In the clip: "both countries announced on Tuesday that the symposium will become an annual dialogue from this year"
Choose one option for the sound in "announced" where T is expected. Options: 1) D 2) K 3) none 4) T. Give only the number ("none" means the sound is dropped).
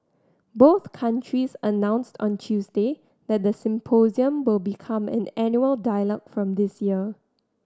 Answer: 4